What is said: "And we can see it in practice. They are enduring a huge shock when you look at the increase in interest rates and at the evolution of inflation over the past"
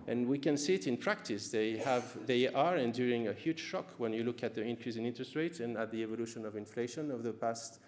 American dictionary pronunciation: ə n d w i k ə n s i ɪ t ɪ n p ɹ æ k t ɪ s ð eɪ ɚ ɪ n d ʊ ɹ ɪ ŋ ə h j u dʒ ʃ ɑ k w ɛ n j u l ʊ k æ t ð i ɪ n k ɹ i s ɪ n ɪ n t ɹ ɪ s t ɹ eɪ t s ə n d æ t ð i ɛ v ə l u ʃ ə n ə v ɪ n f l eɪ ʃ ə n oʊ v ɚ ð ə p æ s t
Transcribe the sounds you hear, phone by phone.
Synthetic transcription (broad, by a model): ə n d w i k ə n s i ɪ t ɪ n p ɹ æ k t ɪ s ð eɪ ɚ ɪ n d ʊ ɹ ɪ ŋ ə h j u dʒ ʃ ɑ k w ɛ n j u l ʊ k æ t ð i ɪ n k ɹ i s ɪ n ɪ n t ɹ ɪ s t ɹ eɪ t ə n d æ t ð i ɛ v ə l u ʃ ə n ə v ɪ n f l eɪ ʃ ə n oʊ v ð ə p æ s t